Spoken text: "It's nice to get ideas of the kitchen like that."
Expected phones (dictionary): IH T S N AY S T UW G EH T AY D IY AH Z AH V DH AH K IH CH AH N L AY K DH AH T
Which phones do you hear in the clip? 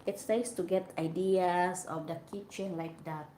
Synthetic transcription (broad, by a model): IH T S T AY S T UW G EH T AY D IY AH S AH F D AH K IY CH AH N L AY K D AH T